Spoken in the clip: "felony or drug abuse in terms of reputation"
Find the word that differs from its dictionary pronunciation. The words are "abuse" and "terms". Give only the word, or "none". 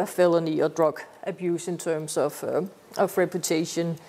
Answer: terms